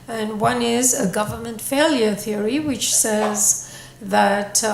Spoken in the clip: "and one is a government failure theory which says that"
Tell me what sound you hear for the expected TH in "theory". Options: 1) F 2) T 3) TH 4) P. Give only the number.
3